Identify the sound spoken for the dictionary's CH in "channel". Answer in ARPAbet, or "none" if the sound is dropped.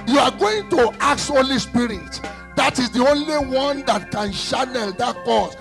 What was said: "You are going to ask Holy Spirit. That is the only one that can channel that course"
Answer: SH